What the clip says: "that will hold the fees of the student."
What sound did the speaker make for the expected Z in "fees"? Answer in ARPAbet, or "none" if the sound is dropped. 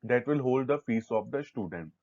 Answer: S